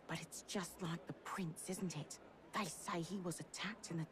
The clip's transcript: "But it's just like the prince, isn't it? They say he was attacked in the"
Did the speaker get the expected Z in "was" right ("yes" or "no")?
yes